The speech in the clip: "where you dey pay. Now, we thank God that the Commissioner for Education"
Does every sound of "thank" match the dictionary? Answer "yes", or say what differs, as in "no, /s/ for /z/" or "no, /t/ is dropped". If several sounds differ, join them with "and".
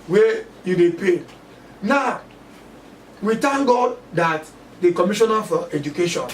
no, /t/ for /θ/